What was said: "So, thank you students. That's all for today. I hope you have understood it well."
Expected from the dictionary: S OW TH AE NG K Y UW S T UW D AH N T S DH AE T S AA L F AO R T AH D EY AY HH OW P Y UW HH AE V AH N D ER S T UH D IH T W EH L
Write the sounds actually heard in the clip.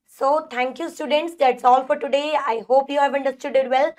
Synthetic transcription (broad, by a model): S OW T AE NG K Y UW S T UW D AH N T S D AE T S AA L F AO R T AH D EY AY HH OW P Y UW HH AE V AH N D ER S T UH D IH T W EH L